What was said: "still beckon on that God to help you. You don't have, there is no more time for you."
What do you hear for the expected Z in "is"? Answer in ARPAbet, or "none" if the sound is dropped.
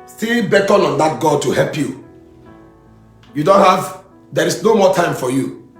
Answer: S